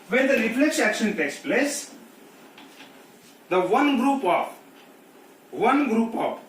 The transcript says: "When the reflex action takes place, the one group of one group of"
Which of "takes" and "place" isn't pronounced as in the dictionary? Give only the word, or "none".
none